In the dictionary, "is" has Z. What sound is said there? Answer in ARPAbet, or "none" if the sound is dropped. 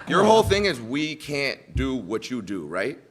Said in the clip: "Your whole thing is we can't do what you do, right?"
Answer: Z